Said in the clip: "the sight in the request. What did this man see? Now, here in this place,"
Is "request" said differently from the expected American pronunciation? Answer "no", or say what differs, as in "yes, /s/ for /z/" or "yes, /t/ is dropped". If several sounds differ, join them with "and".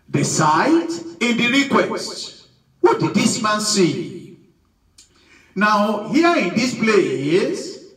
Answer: no